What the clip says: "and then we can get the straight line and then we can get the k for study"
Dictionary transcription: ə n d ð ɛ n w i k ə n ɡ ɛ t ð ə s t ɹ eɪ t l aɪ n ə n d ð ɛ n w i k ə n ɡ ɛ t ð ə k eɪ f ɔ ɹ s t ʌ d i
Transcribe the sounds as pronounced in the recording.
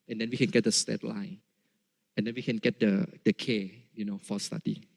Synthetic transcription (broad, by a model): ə n d ɛ n w i k ə n ɡ ɛ t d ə s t eɪ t l aɪ n ə n d ɛ n w i k ə n ɡ ɛ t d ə k eɪ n ɔ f s t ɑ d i